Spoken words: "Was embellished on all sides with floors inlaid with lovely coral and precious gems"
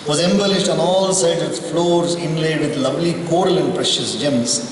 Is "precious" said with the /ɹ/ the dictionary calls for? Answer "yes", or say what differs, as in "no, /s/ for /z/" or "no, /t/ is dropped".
yes